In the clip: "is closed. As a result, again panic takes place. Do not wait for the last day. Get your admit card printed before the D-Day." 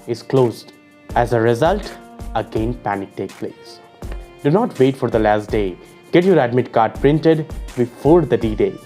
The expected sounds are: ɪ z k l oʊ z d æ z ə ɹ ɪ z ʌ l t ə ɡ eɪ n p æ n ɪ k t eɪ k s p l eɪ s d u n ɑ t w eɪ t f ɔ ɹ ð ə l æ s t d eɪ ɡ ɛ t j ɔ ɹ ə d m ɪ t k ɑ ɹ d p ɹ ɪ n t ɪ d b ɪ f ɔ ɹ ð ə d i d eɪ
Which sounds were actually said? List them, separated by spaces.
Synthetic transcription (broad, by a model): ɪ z k l oʊ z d æ z ə ɹ ɪ z ʌ l t ə ɡ eɪ n p æ n ɪ k t eɪ k p l eɪ s d u n ɑ t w eɪ t f ɔ ɹ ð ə l æ s t d eɪ ɡ ɛ t j ɔ ɹ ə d m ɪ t k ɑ ɹ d p ɹ ɪ n t ɪ d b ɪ f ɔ ɹ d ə d i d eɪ